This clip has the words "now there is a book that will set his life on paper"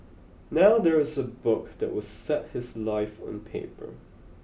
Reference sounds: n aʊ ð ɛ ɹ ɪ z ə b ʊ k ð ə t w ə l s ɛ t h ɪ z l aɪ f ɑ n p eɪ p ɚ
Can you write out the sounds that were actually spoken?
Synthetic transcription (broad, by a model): n aʊ ð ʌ ɹ ɪ z ə b ʊ k ð ə t w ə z s ɛ t h ɪ z l aɪ f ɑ n p eɪ p ɚ